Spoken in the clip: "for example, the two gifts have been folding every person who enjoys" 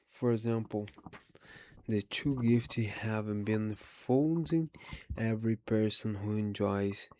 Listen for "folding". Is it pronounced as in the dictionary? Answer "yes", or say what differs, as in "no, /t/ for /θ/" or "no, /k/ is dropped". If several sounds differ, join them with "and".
no, /n/ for /l/